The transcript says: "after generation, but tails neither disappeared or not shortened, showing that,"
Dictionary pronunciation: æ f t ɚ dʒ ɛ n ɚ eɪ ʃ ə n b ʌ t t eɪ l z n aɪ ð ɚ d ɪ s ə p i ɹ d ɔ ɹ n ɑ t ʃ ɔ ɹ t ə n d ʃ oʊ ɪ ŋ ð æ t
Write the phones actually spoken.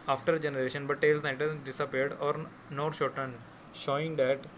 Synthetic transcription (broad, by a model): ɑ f t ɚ dʒ ɛ n ɚ eɪ ʃ ə n b ʌ t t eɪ l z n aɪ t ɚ d ɪ s ə p i ɹ d ɔ ɹ n ɑ t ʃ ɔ ɹ t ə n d ʃ oʊ ɪ ŋ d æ t